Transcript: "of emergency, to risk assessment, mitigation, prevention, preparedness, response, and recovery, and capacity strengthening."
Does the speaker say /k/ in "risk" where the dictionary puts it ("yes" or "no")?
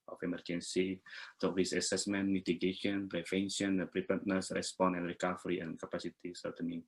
no